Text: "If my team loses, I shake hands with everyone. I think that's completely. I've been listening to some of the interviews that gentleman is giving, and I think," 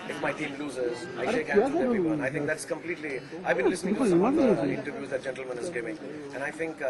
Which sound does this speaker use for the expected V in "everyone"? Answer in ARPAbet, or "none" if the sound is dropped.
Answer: none